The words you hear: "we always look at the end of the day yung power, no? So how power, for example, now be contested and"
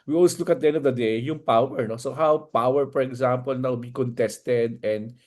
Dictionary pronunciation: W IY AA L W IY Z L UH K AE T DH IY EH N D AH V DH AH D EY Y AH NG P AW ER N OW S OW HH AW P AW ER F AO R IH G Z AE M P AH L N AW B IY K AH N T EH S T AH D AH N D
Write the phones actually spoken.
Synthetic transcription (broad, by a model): W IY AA L W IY S L UH K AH T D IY EH N D AH V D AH D EY Y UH NG P AW ER N OW S OW HH AW P AW ER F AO R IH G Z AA M P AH L N AW B IY K AH N T EH S T AH D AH N D